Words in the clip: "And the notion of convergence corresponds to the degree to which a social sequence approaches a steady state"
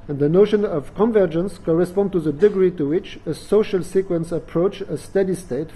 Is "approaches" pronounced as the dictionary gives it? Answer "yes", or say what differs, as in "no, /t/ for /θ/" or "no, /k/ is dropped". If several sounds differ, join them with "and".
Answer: no, /tʃ/ is dropped